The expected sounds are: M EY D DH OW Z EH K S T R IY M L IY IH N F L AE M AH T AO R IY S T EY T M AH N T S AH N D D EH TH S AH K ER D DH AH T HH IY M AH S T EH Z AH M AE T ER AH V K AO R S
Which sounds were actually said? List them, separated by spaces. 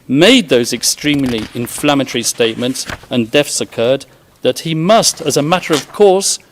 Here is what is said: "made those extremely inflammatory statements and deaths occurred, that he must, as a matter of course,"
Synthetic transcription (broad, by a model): M EY D DH OW Z EH K S T R IY M L IY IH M F L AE M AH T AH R IY S T EY T M AH N T S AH N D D EH F S AH K ER D DH AH T HH IY M AH S T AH Z AH M AE T ER AH V K AO R S